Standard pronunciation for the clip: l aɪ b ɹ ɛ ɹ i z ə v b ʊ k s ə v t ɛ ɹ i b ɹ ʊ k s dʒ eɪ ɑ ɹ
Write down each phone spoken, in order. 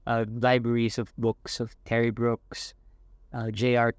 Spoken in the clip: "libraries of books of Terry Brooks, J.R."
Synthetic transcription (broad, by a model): l aɪ b ɹ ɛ ɹ i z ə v b ʊ k s ə v t ɛ ɹ i b ɹ ʊ k s dʒ eɪ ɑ ɹ